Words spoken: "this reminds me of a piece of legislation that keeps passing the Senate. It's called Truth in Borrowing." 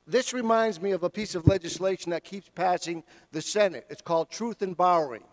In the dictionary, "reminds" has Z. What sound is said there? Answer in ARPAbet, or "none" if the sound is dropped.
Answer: Z